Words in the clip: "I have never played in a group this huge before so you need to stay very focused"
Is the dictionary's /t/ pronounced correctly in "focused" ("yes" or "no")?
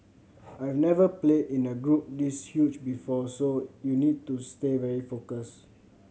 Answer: no